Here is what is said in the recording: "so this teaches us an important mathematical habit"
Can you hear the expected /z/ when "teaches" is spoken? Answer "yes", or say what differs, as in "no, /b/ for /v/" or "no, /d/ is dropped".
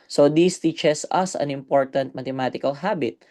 no, /s/ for /z/